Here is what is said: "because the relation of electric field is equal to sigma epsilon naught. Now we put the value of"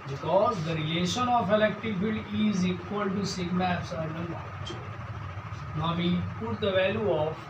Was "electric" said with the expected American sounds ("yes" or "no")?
no